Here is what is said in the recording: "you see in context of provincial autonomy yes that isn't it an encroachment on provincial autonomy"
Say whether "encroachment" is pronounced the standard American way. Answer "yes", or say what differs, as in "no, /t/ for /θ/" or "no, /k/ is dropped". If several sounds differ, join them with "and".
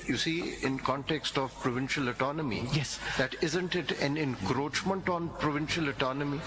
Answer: yes